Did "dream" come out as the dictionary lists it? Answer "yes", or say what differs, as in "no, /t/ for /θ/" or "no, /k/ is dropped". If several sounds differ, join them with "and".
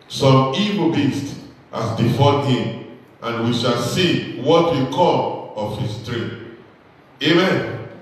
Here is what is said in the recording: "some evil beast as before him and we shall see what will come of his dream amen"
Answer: no, /m/ is dropped